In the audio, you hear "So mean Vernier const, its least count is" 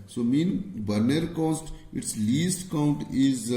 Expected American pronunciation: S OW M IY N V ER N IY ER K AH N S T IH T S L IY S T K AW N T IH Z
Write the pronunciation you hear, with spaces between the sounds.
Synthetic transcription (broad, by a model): S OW M IY N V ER N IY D K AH S T IH T S L IY S T K AW N T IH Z